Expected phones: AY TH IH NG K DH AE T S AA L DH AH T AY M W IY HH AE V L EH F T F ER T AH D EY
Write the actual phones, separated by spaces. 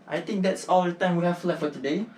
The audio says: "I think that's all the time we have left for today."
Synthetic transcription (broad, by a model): AY T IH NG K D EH T S AA L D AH T AY M W IY HH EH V L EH T F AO T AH D EY